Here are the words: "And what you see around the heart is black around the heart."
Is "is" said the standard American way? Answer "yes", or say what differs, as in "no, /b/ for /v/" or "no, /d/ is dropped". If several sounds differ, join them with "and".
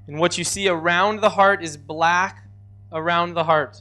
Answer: yes